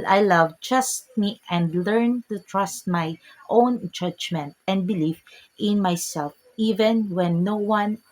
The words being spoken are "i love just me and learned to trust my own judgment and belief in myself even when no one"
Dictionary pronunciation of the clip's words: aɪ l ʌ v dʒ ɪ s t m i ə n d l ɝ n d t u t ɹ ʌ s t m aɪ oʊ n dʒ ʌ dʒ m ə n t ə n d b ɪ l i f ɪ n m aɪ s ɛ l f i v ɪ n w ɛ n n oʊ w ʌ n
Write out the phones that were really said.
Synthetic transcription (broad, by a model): aɪ l ʌ v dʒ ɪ s t m i ə n d l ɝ n t u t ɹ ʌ s t m aɪ oʊ n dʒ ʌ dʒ m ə n t ə n d b ɪ l i f ɪ n m aɪ s ɛ l f i v ɪ n w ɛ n n oʊ w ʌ n